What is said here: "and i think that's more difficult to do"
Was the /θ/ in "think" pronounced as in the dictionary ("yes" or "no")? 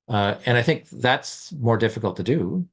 yes